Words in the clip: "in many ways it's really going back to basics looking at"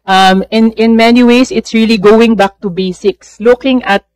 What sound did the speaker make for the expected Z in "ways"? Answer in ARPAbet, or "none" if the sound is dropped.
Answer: S